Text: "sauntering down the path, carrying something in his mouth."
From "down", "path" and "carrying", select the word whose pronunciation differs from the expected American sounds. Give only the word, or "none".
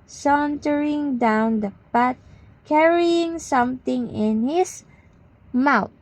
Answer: path